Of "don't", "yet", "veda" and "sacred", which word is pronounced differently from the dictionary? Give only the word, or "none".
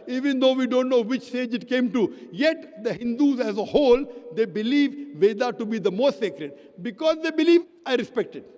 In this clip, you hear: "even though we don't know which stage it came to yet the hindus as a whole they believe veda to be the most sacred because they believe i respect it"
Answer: none